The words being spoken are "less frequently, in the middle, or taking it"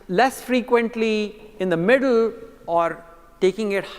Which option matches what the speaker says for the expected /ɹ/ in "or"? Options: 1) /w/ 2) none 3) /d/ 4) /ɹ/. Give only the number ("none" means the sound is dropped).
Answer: 4